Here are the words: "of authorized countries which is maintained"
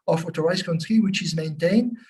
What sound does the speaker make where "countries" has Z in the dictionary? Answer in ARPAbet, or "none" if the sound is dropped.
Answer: none